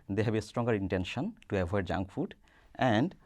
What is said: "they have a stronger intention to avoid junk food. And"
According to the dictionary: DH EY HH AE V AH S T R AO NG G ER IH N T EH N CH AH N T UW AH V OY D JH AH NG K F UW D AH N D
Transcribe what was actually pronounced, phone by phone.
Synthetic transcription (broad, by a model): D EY HH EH B AH S T R AO NG G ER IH N T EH N SH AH N T UW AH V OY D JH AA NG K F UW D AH N D